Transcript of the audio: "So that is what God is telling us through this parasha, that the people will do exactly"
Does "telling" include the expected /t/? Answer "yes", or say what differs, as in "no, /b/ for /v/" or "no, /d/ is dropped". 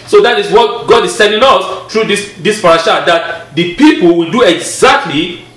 no, /s/ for /t/